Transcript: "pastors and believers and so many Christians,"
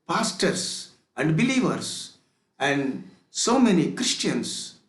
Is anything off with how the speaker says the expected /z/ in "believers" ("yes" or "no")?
yes